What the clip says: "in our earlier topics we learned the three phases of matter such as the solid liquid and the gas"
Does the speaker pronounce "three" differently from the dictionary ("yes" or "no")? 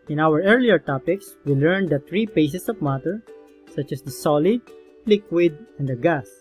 yes